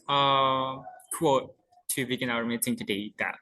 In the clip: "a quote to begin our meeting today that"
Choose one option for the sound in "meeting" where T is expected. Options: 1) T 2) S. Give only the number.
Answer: 2